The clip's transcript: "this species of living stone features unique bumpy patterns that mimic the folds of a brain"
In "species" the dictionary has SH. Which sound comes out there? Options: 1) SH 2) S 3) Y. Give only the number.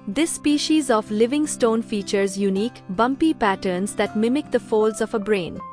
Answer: 1